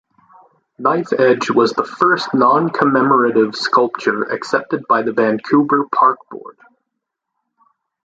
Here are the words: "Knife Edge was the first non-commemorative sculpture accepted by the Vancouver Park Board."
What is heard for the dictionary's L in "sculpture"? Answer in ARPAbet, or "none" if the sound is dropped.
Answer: L